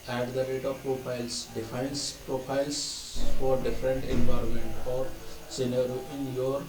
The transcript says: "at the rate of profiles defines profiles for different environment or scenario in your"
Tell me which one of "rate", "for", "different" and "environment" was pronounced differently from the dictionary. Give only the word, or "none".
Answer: none